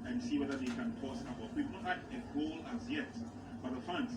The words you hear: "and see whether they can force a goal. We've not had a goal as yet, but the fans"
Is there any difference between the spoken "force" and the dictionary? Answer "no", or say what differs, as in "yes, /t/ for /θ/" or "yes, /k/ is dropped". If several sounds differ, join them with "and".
yes, /p/ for /f/